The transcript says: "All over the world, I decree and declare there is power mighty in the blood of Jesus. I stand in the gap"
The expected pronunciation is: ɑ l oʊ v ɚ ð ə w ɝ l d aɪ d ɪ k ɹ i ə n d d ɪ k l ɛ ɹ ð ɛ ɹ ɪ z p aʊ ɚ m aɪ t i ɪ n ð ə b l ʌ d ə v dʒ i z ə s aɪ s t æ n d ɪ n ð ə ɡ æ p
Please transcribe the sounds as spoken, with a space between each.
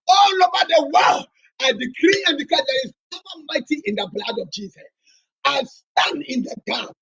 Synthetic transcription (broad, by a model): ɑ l oʊ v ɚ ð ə w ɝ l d aɪ d ɪ k ɹ i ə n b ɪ k ɔ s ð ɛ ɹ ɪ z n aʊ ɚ m aɪ t i ɪ n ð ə b l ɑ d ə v dʒ i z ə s aɪ s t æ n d ɪ n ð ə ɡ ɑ